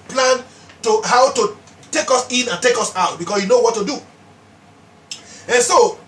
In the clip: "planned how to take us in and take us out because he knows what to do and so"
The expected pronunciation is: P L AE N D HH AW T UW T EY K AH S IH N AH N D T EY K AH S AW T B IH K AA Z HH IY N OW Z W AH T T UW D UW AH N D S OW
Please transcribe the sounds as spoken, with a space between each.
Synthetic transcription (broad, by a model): P L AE N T HH AW T UW T EY K AH S IH N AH N T EY K AH S AW T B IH K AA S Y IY N OW W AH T T UW D UW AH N S OW